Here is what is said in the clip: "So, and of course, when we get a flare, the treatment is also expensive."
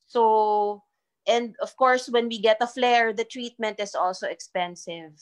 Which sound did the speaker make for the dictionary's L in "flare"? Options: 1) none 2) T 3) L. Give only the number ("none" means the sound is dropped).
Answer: 3